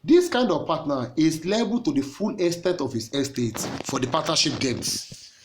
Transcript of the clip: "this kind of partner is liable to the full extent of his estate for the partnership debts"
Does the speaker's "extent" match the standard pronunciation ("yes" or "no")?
no